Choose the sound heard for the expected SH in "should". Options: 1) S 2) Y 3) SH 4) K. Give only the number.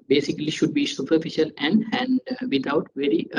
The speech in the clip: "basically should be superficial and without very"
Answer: 3